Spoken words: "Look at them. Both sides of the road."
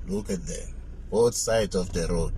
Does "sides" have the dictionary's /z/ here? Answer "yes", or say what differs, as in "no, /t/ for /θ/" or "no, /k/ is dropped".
no, /z/ is dropped